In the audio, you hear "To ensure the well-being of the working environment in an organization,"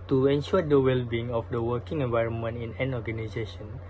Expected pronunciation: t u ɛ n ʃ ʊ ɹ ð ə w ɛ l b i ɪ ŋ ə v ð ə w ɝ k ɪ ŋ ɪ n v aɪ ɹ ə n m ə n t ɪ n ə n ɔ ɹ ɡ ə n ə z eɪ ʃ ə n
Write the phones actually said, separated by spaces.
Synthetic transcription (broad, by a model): t u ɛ n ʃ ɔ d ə w ɛ l b i ɪ ŋ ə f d ə w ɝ k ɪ ŋ ɪ n v aɪ ɹ ə n m ə n t ɪ n ə n ɔ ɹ ɡ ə n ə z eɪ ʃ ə n